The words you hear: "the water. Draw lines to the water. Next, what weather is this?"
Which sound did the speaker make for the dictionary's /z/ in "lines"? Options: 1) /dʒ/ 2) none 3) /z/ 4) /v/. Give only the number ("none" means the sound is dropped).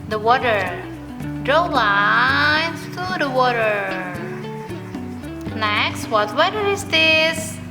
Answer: 2